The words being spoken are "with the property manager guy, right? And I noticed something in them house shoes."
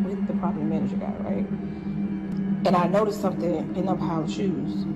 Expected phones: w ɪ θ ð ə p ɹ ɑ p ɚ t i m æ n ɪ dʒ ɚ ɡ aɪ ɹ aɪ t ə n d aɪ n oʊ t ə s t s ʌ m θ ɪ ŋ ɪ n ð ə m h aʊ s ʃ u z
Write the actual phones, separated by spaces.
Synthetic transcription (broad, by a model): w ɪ ð ə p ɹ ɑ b m æ n ɪ dʒ ɚ ɡ aɪ ɹ aɪ t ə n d aɪ n oʊ t ə s t s ʌ m θ ɪ ŋ ɪ n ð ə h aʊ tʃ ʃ u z